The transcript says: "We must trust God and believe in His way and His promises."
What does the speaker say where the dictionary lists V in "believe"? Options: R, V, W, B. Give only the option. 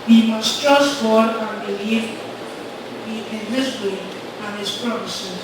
B